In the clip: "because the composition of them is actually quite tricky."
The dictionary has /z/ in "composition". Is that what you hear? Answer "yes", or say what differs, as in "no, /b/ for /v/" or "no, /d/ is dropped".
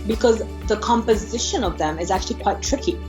yes